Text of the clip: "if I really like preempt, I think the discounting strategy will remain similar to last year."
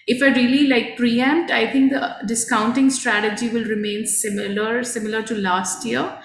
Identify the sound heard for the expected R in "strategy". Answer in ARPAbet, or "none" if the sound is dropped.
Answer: R